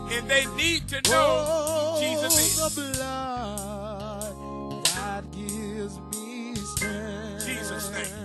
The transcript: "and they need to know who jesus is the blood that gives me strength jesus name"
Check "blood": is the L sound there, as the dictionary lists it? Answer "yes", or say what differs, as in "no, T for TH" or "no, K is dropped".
yes